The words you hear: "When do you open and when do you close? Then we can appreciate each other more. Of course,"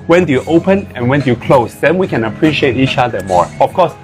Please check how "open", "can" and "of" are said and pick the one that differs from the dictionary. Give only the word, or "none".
of